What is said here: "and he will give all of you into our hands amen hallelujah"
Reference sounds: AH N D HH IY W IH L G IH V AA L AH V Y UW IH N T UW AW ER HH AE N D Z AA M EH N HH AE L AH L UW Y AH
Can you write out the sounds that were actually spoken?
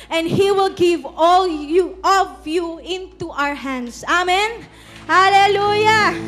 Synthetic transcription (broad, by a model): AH N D HH IY W IH L G IH V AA L AH V Y UW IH N T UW AW ER HH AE N D S AA M EH N HH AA L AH L UW Y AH